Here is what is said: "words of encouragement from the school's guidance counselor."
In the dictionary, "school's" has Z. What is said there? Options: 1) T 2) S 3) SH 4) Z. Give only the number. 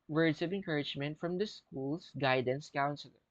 2